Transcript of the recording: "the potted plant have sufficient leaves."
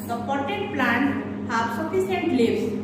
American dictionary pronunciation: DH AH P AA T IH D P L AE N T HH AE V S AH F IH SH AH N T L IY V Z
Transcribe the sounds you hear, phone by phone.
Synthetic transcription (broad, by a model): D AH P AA T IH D P L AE N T HH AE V S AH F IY S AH N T L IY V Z